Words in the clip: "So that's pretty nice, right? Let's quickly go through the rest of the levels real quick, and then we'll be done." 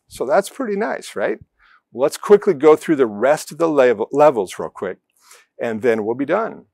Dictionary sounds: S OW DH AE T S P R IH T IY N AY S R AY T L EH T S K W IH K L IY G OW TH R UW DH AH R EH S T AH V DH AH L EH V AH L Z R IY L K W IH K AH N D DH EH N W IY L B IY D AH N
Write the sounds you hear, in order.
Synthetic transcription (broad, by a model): S OW DH AE T S P R IH T IY N AY S R AY T L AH T S K W IH K L IY G OW TH R UW DH AH R EH S T AH V DH AH L EH V L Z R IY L K W IH K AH N DH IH N W IY L B IY D AH N